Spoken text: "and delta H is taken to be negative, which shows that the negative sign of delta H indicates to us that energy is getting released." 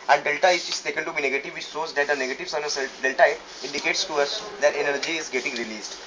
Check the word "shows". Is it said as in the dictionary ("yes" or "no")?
no